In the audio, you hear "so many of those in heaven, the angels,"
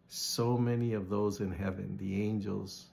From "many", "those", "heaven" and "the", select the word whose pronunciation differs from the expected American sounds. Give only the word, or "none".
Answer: none